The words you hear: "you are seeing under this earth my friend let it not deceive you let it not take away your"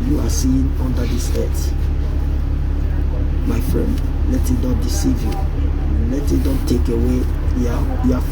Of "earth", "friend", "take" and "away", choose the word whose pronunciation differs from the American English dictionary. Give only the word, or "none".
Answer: earth